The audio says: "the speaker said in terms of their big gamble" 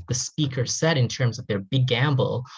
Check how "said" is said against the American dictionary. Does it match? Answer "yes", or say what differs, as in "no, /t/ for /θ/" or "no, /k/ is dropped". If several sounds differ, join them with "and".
yes